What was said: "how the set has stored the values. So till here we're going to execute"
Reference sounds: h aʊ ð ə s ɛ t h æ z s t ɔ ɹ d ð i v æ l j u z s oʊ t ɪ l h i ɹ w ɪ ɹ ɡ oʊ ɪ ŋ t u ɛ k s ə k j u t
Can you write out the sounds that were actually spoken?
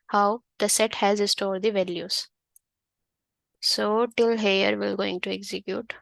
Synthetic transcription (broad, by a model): h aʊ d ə s ɛ t h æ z s t ɔ ɹ d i v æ l j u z s oʊ t ɪ l h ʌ ɹ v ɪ l ɡ oʊ ɪ ŋ t u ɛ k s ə k j u t